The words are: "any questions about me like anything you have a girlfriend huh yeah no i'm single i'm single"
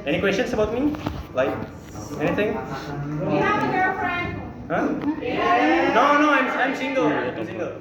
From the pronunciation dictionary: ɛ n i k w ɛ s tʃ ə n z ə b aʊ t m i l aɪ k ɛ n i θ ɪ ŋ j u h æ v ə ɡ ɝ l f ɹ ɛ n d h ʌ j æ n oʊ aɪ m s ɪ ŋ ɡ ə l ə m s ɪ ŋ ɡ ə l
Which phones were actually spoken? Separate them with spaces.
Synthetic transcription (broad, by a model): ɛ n i k w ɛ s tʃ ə n s ə b aʊ t m i l aɪ k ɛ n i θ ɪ ŋ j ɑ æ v ə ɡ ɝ f ɹ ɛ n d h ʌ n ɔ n oʊ aɪ m s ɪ ŋ ɡ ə l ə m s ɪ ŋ ɡ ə l